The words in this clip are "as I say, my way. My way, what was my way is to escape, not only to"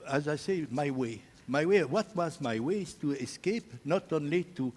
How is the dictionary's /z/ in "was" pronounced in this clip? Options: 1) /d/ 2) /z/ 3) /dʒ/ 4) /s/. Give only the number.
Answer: 2